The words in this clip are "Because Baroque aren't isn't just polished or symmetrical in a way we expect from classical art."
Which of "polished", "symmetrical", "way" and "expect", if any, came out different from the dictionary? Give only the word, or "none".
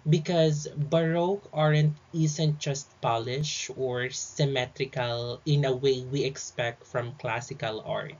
polished